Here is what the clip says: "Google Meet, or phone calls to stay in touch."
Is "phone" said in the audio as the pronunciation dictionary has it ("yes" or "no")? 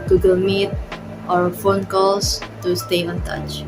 yes